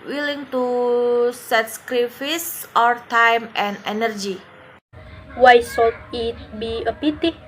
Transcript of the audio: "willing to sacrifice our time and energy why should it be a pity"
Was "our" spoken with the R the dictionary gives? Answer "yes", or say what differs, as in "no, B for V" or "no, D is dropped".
yes